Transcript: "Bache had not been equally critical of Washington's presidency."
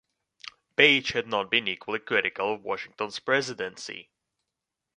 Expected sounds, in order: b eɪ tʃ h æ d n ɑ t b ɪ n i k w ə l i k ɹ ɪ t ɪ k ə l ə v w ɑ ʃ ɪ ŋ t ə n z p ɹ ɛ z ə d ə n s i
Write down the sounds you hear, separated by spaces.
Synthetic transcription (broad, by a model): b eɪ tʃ h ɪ d n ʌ t b ɪ n i k w ə l i k ɹ ɪ t ɪ k ə l ə v w ɑ ʃ ɪ ŋ t ə n z p ɹ ɛ z ə d ə n s i